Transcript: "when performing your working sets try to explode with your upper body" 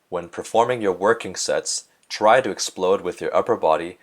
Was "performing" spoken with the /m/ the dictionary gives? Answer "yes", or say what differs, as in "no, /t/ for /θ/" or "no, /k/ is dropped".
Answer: yes